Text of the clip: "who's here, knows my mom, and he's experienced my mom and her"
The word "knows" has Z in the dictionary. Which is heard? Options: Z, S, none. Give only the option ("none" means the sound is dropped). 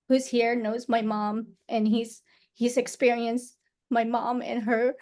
Z